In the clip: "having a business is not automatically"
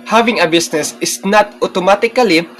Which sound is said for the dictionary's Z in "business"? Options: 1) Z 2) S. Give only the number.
2